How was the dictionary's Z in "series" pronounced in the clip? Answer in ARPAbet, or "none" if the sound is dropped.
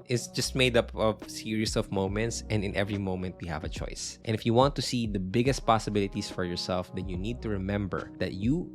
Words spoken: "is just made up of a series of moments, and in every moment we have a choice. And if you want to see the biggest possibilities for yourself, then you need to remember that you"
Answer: S